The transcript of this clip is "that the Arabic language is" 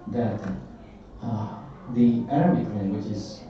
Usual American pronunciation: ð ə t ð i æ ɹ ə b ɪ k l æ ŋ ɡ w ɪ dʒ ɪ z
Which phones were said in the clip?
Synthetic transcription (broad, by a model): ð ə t ð i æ ɹ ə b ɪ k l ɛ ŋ w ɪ tʃ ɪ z